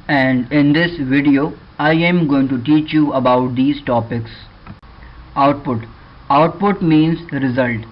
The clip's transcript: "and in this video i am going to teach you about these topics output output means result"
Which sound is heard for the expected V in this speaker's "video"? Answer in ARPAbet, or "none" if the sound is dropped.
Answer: V